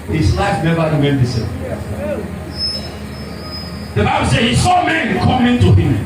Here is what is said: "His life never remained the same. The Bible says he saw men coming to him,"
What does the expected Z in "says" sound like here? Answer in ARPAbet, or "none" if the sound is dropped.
none